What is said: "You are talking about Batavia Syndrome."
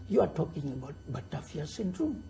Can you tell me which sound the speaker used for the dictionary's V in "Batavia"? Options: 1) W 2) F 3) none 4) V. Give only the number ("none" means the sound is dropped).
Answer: 2